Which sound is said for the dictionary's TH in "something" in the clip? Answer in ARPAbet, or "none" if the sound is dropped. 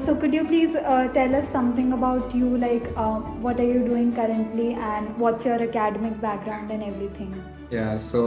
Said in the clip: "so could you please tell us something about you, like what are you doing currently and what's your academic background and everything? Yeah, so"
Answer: T